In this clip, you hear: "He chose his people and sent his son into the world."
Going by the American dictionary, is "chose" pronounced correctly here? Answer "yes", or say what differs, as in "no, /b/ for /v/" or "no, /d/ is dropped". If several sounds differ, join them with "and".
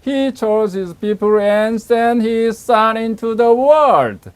yes